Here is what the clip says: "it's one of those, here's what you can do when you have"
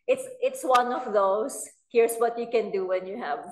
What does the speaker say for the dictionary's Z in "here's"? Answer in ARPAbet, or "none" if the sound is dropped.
S